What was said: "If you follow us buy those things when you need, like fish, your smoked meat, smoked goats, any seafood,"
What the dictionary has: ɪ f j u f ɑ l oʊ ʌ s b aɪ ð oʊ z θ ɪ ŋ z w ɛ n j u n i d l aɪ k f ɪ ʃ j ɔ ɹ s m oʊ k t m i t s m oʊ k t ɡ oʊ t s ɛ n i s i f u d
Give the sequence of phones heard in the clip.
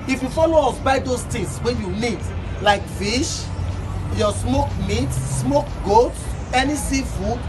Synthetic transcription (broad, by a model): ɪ f j u f ɑ l oʊ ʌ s b aɪ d oʊ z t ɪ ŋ s w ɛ j u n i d l aɪ k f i ʃ j ɔ s m oʊ k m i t s m oʊ k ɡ oʊ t ɛ n i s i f u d